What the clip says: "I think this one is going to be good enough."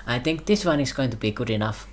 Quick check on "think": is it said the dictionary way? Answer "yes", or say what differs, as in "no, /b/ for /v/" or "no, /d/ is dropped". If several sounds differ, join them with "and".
no, /t/ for /θ/